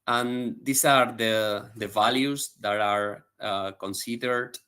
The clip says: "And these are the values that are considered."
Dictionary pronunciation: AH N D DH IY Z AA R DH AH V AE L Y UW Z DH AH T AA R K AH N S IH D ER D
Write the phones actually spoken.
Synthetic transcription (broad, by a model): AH N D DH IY S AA R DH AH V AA L Y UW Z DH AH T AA R K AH N S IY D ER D